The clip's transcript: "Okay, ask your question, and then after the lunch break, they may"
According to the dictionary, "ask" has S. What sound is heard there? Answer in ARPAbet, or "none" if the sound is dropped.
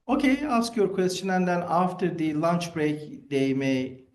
S